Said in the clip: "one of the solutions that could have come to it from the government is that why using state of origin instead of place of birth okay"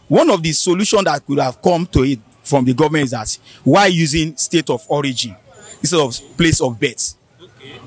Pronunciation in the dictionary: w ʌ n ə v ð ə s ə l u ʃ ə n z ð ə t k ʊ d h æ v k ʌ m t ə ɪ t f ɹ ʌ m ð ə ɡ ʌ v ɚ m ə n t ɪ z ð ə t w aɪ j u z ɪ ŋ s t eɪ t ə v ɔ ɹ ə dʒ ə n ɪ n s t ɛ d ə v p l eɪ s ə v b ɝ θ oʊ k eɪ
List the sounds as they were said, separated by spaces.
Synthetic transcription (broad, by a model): w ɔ n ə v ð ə s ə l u ʃ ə n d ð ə t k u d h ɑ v k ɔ m t ə ɪ t f ɹ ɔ m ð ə ɡ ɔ v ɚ m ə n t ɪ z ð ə t w aɪ j u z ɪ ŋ s t eɪ t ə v ɔ ɹ ə dʒ ə n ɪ s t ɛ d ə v p l eɪ s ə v b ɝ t